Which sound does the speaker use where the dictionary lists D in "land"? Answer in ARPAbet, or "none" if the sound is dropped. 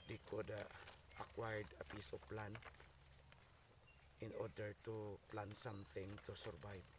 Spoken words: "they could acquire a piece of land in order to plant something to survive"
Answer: none